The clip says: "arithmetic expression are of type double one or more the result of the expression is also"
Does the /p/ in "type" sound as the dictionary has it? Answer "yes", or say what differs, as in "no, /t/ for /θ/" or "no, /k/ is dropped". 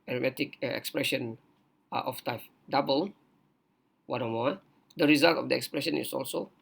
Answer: no, /f/ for /p/